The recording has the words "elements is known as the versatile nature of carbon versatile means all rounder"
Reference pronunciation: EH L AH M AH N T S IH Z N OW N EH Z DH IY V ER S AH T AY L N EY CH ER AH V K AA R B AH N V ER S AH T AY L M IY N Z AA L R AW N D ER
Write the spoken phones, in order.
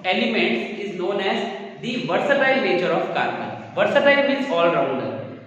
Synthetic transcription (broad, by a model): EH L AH M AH N T S IH Z N OW N EH Z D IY V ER S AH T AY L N EY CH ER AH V K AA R AH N V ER S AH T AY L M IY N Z AA L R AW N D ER